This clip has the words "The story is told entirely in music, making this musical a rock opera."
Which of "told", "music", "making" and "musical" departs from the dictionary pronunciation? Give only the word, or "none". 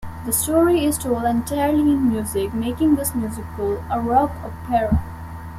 told